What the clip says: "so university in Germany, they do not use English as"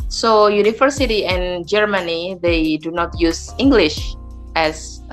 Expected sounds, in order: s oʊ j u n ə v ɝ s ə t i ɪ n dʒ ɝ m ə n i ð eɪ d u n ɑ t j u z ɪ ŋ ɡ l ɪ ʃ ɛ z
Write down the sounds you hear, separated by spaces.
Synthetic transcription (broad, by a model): s oʊ j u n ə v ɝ s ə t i ɪ n dʒ ɝ m ə n i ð eɪ d u n ɑ t j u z ɪ ŋ ɡ l ɪ ʃ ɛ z